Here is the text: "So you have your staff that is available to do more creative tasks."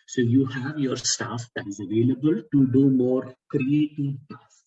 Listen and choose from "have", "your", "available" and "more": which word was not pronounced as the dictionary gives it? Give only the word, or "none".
none